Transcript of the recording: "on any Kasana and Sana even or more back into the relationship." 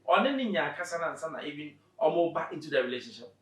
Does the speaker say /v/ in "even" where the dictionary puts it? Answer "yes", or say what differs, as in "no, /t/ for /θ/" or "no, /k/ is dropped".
no, /b/ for /v/